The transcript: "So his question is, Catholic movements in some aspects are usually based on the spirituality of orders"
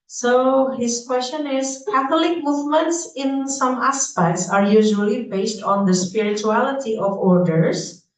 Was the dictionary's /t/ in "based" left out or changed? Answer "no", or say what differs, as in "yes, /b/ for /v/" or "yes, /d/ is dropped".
no